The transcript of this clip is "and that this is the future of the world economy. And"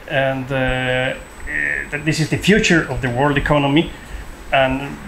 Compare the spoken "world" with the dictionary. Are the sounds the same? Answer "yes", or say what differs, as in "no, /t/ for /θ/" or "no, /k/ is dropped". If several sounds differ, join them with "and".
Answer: yes